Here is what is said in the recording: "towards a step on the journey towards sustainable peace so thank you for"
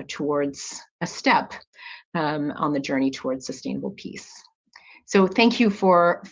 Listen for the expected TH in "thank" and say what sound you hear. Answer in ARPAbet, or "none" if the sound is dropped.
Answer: TH